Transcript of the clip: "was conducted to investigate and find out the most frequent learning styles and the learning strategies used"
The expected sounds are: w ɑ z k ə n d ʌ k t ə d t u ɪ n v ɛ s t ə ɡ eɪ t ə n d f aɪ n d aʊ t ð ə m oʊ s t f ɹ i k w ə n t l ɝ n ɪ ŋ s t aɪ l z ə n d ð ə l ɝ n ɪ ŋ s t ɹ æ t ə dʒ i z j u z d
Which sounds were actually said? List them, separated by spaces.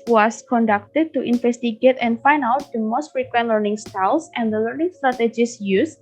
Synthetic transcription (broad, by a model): w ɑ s k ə n d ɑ k t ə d t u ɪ n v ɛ s t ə ɡ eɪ t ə n f aɪ n aʊ t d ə m oʊ s t f ɹ i k w ə n t l ɝ n ɪ ŋ s t aɪ l s ə n d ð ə l ɝ n ɪ ŋ s t ɹ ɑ t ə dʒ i s j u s